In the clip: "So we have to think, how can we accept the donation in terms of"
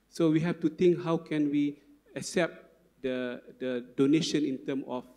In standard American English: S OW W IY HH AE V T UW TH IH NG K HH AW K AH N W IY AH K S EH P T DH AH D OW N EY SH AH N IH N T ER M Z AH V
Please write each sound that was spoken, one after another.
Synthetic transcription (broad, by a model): S OW W IY HH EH F T UW T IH NG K HH AW K AH N W IY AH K S EH P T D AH D OW N EY SH AH N IH N T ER M AH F